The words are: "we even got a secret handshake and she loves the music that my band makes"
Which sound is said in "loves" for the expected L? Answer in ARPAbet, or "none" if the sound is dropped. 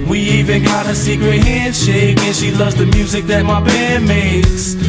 L